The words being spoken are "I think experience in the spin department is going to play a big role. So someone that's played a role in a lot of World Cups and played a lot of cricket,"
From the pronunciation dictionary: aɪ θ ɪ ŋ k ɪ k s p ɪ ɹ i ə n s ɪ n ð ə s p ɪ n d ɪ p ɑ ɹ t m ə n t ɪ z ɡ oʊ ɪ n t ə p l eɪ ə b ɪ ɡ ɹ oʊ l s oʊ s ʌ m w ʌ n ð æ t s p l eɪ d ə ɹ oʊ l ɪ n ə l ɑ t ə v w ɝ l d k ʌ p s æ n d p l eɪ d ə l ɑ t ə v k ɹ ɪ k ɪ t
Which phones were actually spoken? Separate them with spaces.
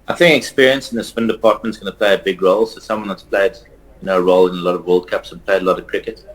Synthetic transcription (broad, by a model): aɪ θ ɪ ŋ k ɪ k s p ɪ ɹ i ə n s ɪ n ð ə s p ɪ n d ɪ p ɑ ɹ t m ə n t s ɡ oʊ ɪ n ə p l eɪ ə b ɪ ɡ ɹ oʊ l s oʊ s ʌ m w ʌ n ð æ t s p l eɪ d ə ɹ oʊ l ɪ n ə l ɑ t ə v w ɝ l d k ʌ p s n p l eɪ d ə l ɑ t ə v k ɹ ɪ k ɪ t